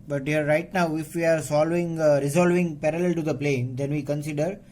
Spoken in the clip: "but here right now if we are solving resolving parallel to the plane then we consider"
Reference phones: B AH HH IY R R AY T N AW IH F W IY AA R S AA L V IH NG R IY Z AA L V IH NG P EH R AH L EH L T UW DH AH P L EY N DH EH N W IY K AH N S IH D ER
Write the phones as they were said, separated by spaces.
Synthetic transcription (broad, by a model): B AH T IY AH R AY T N AW IH F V IY AA R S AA L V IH NG R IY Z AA L V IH NG P EH R AH L EH L T UW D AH P L EY N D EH N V IY K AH N S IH D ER